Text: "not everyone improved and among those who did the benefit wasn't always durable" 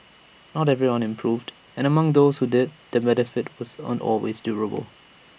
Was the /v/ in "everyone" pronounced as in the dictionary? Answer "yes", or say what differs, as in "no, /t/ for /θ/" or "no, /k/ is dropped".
yes